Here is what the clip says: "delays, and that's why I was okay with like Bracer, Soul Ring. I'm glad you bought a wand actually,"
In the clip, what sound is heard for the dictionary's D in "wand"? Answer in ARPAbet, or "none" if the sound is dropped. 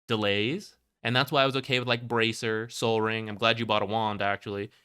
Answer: D